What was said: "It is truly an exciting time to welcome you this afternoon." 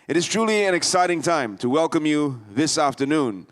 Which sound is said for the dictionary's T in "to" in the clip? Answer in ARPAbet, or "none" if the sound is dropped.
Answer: T